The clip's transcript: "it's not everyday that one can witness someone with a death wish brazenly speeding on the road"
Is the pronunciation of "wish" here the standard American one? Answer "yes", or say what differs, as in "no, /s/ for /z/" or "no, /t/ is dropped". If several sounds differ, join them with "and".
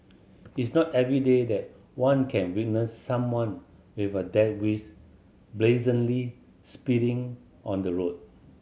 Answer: no, /s/ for /ʃ/